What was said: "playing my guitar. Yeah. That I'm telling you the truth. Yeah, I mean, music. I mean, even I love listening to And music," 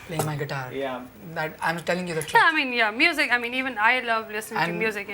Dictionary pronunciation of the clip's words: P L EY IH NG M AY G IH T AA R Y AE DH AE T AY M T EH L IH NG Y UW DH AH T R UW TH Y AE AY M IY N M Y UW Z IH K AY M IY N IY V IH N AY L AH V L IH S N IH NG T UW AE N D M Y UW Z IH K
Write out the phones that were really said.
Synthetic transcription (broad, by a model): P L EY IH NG M AY G IH T AA R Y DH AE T AY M T EH L IH NG Y UW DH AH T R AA AY M IY N M Y UW Z IH K AY M IY N IY V IH N AY L AH V L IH S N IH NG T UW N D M Y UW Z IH K